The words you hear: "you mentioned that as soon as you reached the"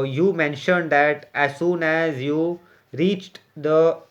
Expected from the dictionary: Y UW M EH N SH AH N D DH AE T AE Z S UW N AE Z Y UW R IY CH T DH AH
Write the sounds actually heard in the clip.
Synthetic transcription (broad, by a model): Y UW M EH N SH AH N D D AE T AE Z S UW N AE Z Y UW R IY CH T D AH